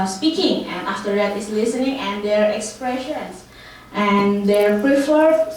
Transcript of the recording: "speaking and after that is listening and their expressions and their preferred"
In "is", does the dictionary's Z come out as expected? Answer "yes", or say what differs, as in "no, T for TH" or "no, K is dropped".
no, S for Z